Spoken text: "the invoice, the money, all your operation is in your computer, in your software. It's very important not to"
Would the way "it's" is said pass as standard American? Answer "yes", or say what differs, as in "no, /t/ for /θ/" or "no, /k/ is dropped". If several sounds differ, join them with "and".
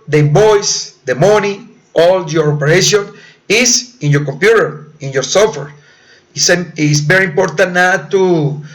no, /s/ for /t/